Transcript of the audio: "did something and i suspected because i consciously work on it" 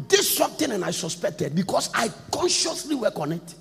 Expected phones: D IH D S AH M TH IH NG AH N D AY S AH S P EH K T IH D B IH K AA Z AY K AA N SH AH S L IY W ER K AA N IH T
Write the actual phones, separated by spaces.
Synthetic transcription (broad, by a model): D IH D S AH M T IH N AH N AY S AH S P EH K T IH D B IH K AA S AY K AA N SH AH S L IY W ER K AA N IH T